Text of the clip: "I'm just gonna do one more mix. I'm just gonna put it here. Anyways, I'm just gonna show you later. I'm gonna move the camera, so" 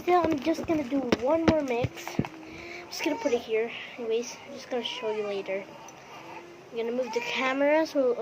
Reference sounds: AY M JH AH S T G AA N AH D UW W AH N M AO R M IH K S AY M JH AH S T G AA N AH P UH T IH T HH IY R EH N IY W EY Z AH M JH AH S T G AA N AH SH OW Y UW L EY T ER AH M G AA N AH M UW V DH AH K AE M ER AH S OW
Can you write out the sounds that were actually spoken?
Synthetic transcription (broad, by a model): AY M JH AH S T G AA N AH D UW W AH N M AO R M IH K S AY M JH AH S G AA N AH P UH T IH T HH IY R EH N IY W EY AH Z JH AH S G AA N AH SH OW Y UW L EY T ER AH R G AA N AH M UW V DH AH K AE M ER AH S OW